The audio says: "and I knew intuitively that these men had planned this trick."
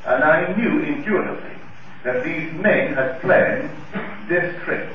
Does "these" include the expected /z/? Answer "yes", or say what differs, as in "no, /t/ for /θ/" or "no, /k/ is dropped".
yes